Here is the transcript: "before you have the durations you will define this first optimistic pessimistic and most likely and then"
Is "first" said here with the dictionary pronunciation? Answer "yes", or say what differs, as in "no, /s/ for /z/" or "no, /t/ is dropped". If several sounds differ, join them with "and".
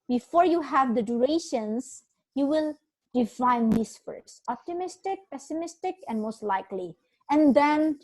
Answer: no, /t/ is dropped